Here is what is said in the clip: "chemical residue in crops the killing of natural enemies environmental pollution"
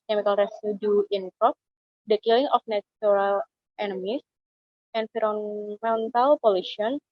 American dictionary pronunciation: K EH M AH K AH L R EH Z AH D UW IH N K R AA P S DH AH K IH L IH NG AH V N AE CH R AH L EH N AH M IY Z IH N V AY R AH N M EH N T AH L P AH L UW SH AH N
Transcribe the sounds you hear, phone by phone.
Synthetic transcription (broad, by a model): K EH M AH K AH L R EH S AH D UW IH N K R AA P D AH K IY L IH NG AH F N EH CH R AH L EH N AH M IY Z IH N F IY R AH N M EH N T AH L P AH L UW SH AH N